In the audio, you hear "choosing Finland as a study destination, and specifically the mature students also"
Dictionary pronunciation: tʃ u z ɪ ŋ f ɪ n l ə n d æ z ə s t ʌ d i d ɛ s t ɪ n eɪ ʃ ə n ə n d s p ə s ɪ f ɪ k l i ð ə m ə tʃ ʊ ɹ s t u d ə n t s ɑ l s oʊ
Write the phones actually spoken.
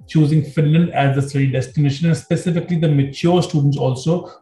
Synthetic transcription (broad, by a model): tʃ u z ɪ ŋ f ɪ n l ə n d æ z ə s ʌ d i d ɛ s t ɪ n eɪ ʃ ə n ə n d s p ə s ɪ f ɪ k l i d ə m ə tʃ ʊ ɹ s t u d ə n t s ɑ l s oʊ